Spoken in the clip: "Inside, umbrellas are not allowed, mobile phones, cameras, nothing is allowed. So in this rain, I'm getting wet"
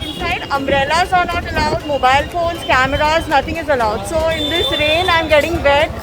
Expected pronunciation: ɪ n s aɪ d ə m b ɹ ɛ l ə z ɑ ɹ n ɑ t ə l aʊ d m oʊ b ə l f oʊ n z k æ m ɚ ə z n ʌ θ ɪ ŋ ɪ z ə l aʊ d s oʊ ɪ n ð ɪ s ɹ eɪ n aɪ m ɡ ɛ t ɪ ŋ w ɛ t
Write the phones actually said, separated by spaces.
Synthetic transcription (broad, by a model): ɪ n s aɪ d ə m ɹ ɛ l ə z ɑ ɹ n ɑ t ə l aʊ d m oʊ b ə l f oʊ n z k æ m ɚ ə z n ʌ t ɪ ŋ ɪ z ə l aʊ d s oʊ ɪ n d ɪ s ɹ eɪ n aɪ m ɡ ɛ t ɪ ŋ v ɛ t